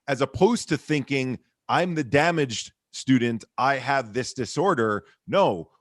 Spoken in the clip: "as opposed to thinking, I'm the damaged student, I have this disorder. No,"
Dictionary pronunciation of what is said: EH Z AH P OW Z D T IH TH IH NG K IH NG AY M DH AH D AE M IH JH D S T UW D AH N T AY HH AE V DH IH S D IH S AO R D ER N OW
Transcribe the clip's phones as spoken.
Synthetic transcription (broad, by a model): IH Z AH P OW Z T IH TH IH NG K IH NG AY M DH AH D AE M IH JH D S T UW D N T AY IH V DH IH S D IH S AO R D ER N OW